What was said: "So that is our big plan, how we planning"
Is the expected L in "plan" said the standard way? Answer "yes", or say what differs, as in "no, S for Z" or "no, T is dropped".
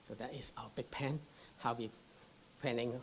no, L is dropped